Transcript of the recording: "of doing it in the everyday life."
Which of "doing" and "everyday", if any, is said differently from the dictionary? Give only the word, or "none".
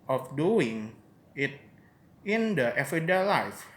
everyday